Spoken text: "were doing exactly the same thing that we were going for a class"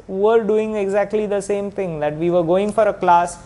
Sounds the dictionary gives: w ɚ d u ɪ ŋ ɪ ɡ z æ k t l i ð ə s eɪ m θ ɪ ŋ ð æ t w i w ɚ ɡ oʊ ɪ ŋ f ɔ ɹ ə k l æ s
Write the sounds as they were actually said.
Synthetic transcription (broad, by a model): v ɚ d u ɪ ŋ ɪ ɡ z æ k t l i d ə s eɪ m t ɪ ŋ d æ t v i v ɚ ɡ oʊ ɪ ŋ f ɔ ɹ ə k l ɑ s